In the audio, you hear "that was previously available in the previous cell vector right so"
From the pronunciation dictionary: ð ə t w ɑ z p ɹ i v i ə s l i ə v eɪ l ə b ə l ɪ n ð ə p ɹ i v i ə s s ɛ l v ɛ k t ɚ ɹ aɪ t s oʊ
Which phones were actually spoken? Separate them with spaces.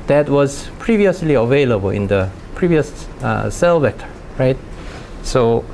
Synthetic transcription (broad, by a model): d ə t w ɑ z p ɹ i v i ə s l i ə v eɪ l ə b ə l ɪ n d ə p ɹ i v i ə s s ɛ l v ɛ t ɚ ɹ aɪ t s oʊ